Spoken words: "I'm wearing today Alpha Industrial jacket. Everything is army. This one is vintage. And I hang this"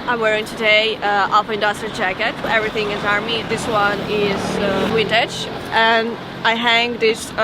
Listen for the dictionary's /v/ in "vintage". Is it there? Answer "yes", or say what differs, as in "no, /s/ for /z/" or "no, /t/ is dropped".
no, /w/ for /v/